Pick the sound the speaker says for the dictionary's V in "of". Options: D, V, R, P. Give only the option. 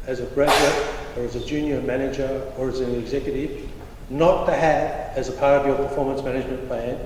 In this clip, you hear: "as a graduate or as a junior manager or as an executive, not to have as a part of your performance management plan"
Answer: V